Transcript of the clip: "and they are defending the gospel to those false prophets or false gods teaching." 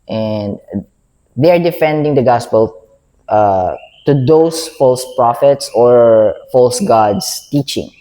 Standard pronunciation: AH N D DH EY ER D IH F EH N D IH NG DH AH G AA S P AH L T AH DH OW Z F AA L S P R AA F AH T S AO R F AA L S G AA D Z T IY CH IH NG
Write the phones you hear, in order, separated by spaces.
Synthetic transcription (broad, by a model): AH N D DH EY ER D IH F EH N D IH NG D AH G AA S P AH L T AH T OW S F AA L S P R AA F AH T S AO R F AA L S G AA D S T IY CH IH NG